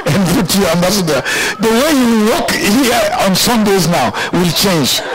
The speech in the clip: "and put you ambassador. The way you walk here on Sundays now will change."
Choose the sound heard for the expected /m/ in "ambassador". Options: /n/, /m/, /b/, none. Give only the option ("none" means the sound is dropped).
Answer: /m/